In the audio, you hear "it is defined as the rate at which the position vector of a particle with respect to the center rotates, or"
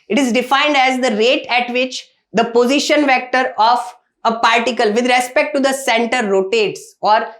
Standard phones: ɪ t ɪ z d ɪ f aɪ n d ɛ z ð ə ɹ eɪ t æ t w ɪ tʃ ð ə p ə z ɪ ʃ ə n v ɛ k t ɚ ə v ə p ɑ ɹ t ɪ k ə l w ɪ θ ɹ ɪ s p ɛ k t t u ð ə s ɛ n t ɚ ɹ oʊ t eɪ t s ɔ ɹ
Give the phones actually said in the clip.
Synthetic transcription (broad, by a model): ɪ t ɪ z d ɪ f aɪ n d ɛ z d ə ɹ eɪ t æ t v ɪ tʃ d ə p ə z ɪ ʃ ə n v ɛ k t ɚ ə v ə p ɑ ɹ t ɪ k ə l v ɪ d ɹ ɪ s p ɛ k t t u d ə s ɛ n t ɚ ɹ oʊ t eɪ t s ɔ ɹ